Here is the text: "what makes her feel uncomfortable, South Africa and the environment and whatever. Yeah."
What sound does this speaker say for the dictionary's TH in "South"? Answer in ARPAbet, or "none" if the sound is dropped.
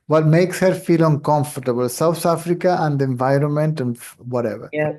T